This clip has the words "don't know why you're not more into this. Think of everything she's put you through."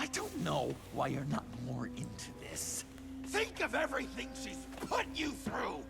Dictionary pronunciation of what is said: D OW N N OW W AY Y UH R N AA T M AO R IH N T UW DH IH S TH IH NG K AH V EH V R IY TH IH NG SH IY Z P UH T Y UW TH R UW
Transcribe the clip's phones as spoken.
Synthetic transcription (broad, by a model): D OW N N OW W AY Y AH R N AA T M AO R IH N T UW DH IH S TH IH NG K AH V EH V R IY TH IH NG SH IY Z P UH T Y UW TH R UW